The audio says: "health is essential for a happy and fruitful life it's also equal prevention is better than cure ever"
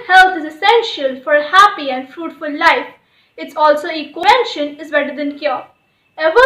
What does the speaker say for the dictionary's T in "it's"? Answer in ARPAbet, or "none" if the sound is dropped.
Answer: T